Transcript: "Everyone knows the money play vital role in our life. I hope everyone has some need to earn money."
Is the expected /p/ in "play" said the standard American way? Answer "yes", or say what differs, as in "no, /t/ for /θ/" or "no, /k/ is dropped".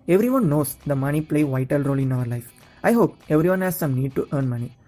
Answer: yes